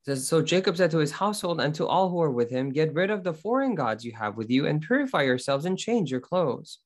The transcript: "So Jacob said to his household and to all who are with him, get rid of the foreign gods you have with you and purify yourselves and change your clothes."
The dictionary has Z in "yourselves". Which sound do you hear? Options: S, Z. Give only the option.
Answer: Z